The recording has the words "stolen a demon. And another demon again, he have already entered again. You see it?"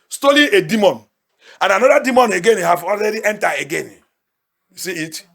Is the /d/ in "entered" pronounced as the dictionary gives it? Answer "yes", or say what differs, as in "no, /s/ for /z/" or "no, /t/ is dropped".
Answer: no, /d/ is dropped